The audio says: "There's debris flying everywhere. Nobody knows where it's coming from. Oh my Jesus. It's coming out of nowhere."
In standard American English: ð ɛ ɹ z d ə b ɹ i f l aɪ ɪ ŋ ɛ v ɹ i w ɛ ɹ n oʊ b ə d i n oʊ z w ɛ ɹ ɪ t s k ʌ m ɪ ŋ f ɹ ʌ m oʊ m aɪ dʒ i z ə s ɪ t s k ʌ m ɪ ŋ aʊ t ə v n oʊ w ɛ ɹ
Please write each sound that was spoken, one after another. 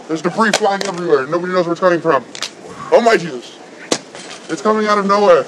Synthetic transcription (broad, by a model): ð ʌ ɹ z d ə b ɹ i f l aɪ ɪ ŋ ɛ v ɹ i w ɛ ɹ n oʊ b ə d i n oʊ z w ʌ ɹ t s k ʌ m ɪ ŋ f ɹ ʌ m oʊ m aɪ dʒ i z ə s ɪ t s k ʌ m ɪ ŋ aʊ t ə v n oʊ w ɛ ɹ